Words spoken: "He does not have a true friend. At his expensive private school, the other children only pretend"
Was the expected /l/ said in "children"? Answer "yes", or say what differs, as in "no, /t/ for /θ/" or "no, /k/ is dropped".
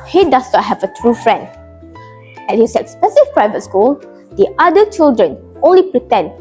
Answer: yes